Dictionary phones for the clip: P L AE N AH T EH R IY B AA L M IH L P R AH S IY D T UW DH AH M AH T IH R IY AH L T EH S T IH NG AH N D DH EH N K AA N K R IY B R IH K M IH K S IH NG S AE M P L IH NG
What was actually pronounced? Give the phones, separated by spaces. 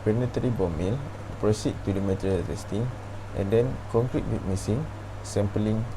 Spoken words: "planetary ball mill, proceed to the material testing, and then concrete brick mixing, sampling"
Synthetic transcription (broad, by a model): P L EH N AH T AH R IY B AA M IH L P R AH S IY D T UW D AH M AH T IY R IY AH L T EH S T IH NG AH N D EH N K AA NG K R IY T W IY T M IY S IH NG S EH M P L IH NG